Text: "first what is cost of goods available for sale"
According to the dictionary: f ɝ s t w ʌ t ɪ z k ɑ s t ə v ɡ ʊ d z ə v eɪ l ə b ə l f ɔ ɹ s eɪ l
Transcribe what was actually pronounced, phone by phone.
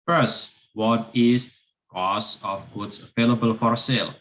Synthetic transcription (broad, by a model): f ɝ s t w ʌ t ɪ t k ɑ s ə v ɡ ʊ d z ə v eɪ l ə b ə l f ɔ ɹ s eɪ l